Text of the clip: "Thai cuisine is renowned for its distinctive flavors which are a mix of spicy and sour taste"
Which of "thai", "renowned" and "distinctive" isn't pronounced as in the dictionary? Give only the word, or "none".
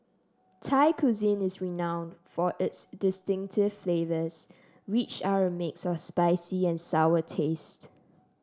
none